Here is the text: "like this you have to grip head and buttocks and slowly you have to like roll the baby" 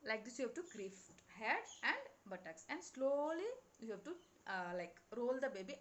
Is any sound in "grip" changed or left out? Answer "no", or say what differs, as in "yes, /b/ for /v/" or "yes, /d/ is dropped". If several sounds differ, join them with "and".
yes, /f/ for /p/